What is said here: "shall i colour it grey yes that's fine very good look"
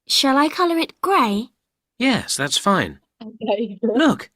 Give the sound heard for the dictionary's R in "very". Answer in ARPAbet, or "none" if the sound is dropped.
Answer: none